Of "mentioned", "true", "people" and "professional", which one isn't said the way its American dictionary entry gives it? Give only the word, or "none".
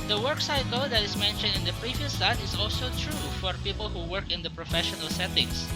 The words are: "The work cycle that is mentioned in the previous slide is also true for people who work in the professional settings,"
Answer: none